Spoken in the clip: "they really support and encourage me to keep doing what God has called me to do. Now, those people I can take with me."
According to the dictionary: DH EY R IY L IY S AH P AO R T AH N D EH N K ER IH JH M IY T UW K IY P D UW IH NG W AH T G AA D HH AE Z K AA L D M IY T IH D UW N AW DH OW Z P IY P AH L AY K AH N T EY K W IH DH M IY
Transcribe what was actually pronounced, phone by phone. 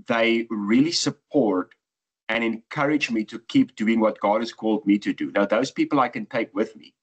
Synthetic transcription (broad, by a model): DH EY R IY L IY S AH P AO R T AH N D EH N K ER IH JH M IY T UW K IY P D UW IH NG W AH T G AA D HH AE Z K AA L D M IY T IH D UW N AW DH OW Z P IY P AH L AY K AH N T EY K W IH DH M IY